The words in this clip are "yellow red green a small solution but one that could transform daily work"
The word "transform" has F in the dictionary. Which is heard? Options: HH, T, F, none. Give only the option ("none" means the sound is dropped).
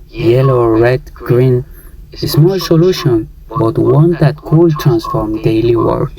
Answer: F